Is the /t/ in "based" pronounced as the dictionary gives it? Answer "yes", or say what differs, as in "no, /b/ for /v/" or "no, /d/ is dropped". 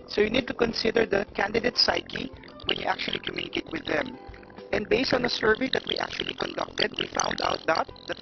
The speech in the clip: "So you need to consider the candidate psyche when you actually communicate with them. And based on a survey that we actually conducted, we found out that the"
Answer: yes